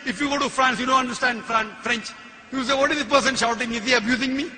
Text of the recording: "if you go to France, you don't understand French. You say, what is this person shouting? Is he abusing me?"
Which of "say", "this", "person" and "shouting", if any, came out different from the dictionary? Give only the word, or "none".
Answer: this